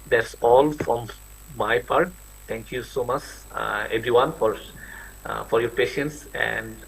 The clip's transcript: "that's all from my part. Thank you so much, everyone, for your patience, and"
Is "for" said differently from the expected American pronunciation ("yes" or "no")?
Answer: no